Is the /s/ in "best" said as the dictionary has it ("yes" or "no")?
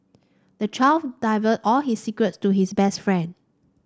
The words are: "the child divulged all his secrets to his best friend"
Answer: yes